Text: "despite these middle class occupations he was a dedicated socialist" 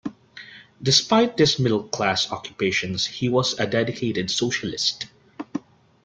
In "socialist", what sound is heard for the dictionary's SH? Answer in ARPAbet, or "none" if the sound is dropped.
SH